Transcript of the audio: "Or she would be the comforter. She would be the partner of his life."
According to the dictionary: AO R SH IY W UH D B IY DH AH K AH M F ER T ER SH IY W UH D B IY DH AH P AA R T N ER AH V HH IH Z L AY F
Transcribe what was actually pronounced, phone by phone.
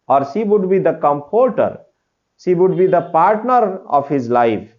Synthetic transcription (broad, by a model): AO R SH IY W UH D B IY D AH K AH M P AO T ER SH IY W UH D B IY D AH P AA R T N ER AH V HH IH Z L AY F